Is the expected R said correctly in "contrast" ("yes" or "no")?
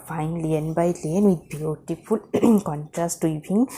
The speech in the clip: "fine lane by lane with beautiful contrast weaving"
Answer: yes